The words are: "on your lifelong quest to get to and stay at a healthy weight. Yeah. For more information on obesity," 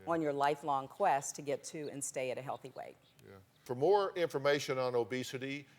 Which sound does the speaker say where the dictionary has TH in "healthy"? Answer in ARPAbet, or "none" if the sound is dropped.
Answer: TH